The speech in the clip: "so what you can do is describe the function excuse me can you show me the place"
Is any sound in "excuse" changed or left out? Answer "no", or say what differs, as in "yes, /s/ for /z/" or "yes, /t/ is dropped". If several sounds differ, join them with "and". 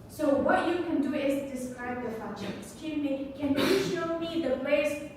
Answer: yes, /z/ is dropped